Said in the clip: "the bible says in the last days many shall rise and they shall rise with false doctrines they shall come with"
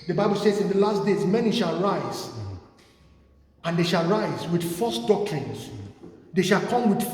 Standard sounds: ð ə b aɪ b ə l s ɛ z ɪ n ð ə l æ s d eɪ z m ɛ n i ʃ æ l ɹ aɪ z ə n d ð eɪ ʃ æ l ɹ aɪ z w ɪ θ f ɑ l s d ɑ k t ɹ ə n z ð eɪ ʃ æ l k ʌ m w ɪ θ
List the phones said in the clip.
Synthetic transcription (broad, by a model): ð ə b aɪ b ə l s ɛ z ɪ n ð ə l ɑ s d eɪ z m ɛ n i ʃ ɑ l ɹ aɪ z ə n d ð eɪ ʃ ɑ l ɹ aɪ z w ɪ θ f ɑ s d ɑ k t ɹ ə n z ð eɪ ʃ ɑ l k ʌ m w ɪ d